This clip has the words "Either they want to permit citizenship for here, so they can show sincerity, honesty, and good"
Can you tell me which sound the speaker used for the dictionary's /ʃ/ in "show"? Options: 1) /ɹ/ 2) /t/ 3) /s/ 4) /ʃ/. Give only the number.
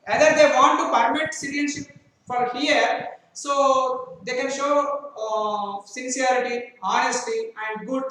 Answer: 4